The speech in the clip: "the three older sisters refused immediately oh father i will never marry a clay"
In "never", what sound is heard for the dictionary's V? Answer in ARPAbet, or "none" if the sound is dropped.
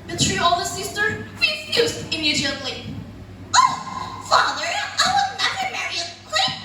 none